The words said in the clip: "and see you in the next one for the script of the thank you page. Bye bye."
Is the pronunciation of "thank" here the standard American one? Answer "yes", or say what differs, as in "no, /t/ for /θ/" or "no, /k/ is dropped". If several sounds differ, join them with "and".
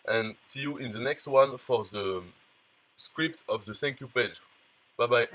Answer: no, /s/ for /θ/